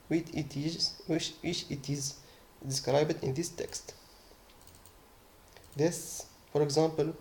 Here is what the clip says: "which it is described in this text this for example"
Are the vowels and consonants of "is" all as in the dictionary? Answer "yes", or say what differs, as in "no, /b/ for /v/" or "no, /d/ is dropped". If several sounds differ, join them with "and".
yes